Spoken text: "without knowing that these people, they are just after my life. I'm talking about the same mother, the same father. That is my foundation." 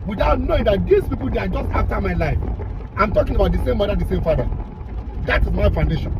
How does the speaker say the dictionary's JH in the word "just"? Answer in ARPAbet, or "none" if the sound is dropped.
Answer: JH